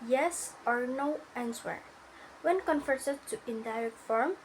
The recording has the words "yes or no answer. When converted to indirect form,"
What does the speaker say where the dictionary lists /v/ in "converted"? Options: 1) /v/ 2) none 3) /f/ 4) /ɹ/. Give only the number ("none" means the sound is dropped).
3